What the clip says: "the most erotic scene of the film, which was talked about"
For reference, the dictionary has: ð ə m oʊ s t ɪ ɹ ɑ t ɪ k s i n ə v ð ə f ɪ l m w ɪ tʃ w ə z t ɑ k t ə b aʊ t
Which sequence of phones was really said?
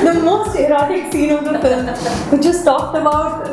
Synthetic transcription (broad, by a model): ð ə m oʊ s t ɪ ɹ ɑ t ɪ k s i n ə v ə p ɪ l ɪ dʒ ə s t ɑ k t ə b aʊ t